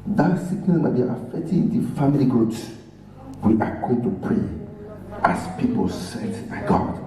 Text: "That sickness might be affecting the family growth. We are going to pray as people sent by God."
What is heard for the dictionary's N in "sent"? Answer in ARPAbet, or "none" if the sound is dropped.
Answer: none